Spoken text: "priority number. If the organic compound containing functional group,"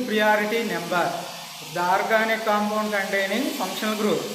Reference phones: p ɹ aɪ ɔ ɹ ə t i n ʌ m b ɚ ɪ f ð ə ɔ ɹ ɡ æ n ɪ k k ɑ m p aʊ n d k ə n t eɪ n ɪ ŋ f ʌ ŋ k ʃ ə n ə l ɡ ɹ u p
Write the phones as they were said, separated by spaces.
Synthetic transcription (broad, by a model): p ɹ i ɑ ɹ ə t i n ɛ m b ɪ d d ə ɹ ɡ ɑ n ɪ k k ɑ m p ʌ n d k ə n t eɪ n ɪ ŋ p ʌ ŋ k ʃ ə n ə l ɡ ɹ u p